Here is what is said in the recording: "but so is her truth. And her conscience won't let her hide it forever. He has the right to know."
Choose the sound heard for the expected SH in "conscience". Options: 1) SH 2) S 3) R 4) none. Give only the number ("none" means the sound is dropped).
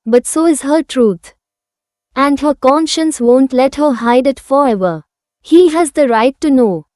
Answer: 1